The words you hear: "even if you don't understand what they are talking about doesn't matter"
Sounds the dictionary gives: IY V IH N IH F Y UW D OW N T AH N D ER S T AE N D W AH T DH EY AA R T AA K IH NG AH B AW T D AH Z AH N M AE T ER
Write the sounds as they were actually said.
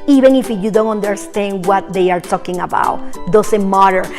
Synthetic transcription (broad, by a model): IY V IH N IH F Y UW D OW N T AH N D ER S T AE N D W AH T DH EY AA R T AA K IH NG AH B AW T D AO S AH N M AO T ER